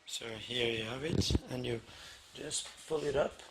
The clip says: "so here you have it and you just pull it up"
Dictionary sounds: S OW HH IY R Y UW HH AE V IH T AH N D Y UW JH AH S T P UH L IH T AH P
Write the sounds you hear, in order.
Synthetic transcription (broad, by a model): S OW HH IY R Y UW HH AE V IH T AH N Y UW JH AH S T F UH L IH T AH P